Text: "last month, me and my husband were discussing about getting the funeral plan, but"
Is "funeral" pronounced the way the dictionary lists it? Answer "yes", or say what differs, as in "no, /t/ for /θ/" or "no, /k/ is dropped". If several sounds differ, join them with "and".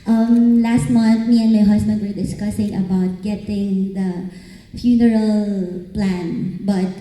yes